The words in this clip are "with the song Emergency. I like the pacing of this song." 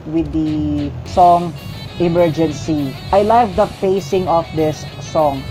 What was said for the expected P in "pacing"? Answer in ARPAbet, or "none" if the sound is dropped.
F